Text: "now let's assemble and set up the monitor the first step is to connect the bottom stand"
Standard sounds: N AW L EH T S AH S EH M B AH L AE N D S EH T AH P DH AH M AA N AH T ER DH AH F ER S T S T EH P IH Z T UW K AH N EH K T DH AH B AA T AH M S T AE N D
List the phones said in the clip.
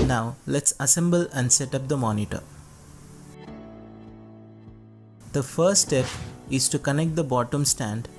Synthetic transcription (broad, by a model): N AW L EH T S AH S EH M B AH L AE N D S EH T AH P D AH M AA N AH T ER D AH F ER T S T EH P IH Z T UW K AH N EH K T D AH B AA T AH M S T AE N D